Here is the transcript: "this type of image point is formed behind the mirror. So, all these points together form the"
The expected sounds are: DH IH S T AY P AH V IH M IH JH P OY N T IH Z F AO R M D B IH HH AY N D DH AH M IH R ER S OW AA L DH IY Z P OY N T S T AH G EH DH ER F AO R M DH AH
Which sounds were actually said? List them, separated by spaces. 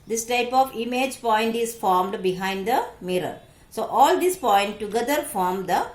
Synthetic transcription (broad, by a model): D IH S T AY P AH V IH M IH JH P OY N T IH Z F AO R M D B IH HH AY N D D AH M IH R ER S OW AA L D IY S P OY N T T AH G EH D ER F AO R M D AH